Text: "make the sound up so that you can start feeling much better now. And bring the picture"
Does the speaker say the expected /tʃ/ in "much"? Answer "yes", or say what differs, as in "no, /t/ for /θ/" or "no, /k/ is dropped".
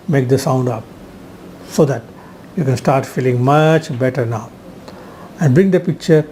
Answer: yes